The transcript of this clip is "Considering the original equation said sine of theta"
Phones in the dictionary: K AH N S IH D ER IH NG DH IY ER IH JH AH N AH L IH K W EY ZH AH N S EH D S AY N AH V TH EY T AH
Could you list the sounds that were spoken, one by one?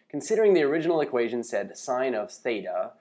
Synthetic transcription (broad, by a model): K N S IH D ER IH NG DH IY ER IH JH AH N L IH K W EY ZH AH N S EH D S AY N AH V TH EY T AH